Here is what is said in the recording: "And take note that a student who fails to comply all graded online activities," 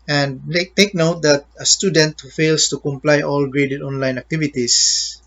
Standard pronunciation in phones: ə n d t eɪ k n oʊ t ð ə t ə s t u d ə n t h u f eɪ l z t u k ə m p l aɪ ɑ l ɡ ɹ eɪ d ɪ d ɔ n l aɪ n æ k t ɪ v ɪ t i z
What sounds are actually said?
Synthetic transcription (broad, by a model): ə n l t eɪ k n oʊ t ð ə t ə s t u d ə n t h u f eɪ l s t u k ə m p l aɪ ɑ l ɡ ɹ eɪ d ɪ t ɔ n l aɪ n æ k t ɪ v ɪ t i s